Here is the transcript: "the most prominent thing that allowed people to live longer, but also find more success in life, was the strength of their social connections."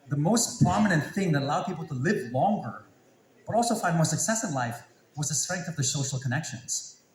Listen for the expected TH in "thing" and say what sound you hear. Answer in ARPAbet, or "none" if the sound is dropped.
TH